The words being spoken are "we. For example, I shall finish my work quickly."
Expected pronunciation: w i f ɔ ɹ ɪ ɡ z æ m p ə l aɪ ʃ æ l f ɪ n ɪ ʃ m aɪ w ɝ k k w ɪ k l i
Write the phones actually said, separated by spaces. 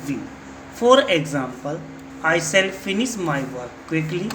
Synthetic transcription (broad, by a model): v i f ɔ ɹ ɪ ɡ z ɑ m p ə l aɪ s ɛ l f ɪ n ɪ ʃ m aɪ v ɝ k k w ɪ k l i